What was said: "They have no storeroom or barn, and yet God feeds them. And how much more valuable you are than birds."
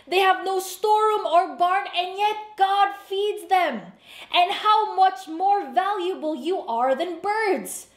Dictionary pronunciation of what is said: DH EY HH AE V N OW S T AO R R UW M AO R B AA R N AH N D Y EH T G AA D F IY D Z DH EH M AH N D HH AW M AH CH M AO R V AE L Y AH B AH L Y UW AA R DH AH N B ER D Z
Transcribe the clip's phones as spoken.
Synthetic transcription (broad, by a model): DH EY HH AE V N OW S T AO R R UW M AO R B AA R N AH N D Y EH T G AA D F IY D Z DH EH M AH N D HH AW M AH CH M AO R V AE L Y AH B AH L Y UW AA R DH AH N B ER D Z